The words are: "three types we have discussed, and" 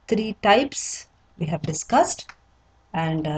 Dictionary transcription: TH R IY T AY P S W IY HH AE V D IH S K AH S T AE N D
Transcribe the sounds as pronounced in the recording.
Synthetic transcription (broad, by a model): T R IY T AY P S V IY HH AE V D IH S K AH S T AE N D